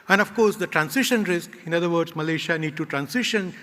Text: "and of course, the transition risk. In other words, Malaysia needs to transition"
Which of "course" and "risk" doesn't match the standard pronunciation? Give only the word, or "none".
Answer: none